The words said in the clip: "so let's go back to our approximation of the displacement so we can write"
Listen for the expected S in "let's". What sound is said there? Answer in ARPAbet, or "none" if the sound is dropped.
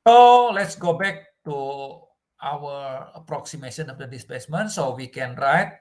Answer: S